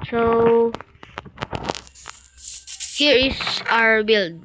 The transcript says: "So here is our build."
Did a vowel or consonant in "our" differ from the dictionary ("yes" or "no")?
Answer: no